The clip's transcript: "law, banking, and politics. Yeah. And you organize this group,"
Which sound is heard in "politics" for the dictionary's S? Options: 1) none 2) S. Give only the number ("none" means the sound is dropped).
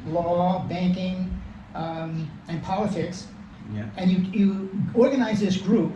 2